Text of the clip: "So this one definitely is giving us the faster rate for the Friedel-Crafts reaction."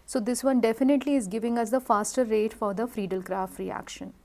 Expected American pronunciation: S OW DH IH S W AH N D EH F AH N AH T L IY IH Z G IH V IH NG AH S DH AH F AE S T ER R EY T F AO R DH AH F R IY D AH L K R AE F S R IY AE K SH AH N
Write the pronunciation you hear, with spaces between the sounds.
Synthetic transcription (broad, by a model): S OW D IH S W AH N D EH F AH N AH T L IY IH Z G IH V IH NG AH S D AH F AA S T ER R EY T F AO R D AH F R IY D AH L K R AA F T R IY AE K SH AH N